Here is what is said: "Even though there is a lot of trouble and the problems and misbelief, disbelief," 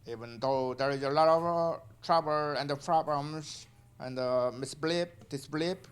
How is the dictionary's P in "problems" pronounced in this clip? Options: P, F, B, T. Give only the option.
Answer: F